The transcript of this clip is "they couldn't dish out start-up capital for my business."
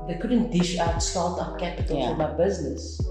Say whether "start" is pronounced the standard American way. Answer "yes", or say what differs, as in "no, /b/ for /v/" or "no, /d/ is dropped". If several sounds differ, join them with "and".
no, /l/ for /ɹ/